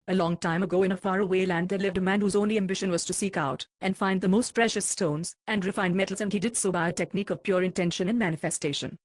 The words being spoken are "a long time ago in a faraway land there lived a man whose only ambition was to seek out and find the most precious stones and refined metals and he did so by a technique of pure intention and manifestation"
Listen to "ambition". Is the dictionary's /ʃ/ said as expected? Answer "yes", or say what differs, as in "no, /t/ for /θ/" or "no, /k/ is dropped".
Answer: yes